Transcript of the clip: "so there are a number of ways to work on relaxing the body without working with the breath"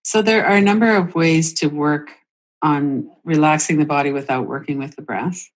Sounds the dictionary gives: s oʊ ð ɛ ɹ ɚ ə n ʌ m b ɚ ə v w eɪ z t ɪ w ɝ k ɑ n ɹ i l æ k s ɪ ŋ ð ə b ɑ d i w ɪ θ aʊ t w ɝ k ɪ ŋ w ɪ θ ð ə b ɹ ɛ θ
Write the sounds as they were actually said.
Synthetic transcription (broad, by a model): s oʊ ð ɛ ɹ ɚ ə n ʌ m b ɚ ə v w eɪ z t ɪ w ɝ k n ɹ i l æ k s ɪ ŋ ð ə b ɑ d i w ɪ θ aʊ t w ɝ k ɪ ŋ w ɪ ð ə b ɹ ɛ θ